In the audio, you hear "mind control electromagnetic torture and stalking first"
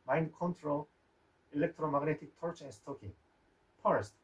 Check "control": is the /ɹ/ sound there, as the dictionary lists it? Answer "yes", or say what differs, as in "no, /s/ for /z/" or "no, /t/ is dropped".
yes